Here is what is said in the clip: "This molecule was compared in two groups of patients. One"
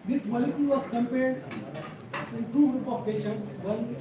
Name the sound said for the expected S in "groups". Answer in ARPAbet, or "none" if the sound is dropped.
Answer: none